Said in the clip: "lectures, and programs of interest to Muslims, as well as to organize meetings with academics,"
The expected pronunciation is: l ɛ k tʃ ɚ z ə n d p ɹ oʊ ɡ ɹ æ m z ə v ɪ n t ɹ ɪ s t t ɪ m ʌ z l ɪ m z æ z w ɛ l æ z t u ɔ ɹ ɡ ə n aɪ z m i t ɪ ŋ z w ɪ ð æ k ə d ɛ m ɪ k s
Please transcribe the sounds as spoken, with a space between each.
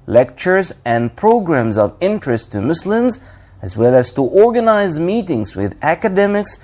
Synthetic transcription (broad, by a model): l ɛ k tʃ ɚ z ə n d p ɹ oʊ ɡ ɹ æ m z ə v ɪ n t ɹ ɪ s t t ɪ m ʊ s l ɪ m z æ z w ɛ l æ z t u ɔ ɹ ɡ ə n aɪ z m i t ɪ ŋ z w ɪ ð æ k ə d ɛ m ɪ k s